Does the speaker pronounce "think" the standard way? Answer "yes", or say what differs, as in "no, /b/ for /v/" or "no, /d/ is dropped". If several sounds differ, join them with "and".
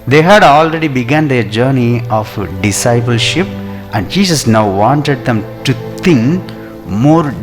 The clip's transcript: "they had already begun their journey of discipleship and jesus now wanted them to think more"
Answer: no, /t/ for /θ/